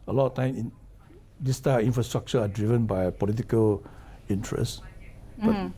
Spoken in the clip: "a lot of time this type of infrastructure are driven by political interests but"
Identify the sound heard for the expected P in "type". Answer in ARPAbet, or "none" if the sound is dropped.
none